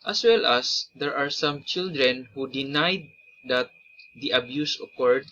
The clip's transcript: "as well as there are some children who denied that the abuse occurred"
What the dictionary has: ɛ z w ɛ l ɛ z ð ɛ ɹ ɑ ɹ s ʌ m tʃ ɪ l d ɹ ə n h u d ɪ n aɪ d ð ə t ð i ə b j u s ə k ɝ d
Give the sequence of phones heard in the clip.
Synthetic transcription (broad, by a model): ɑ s w ɛ l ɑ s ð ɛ ɹ ɑ ɹ s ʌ m tʃ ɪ l d ɹ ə n h u d ɪ n aɪ d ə t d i ə b j u s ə k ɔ d